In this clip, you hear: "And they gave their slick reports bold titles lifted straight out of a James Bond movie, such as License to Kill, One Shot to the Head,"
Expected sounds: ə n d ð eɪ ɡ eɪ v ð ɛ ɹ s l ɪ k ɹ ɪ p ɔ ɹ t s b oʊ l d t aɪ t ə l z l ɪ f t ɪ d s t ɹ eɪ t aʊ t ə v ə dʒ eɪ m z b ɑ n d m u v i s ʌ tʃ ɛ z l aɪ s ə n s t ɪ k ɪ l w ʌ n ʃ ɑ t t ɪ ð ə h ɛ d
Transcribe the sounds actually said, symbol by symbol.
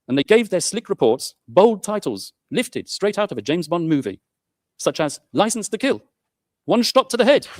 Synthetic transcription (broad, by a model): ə n ð eɪ ɡ eɪ v ð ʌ ɹ s l ɪ k ɹ ɪ p ɔ ɹ t s b oʊ l d t aɪ t l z l ɪ f t ɪ d s t ɹ eɪ t aʊ t ə v ə dʒ eɪ m z b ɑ n m u v i s ʌ tʃ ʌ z l aɪ s n s t ɪ k ɪ l w ʌ n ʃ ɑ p t ɪ ð ə h ɛ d